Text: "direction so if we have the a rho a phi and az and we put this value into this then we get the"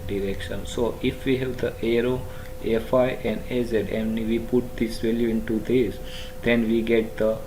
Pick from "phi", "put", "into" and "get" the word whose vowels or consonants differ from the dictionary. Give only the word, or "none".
none